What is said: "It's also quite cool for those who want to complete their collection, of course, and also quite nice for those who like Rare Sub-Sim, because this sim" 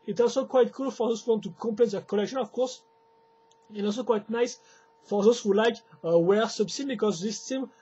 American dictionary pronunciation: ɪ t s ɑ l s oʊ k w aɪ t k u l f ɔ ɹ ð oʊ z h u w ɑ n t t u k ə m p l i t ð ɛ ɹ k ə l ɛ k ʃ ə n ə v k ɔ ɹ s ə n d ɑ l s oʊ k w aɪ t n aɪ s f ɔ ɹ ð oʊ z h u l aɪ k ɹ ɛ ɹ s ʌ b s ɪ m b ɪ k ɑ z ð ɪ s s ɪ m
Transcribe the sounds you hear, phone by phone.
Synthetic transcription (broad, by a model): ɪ t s ɑ l s oʊ k w aɪ t k u l f ɔ ɹ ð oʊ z h u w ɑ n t t u k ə p l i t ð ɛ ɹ k ə l ɛ k ʃ ə n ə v k ɔ ɹ s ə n ɑ l s oʊ k w aɪ t n aɪ s f ɔ ɹ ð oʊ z h u l aɪ k w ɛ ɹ s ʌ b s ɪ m b ɪ k ɑ z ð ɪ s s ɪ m